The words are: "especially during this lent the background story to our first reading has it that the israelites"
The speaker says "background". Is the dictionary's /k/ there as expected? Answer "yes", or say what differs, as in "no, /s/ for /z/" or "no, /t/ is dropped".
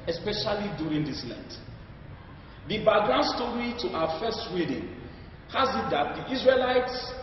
no, /k/ is dropped